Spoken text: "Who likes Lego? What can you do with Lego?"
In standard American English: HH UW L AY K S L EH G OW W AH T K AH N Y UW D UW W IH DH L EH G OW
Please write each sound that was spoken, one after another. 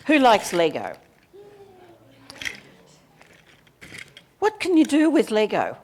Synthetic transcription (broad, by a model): HH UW L AY K S L EH G OW W AH T K AH N Y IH D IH W IH DH L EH G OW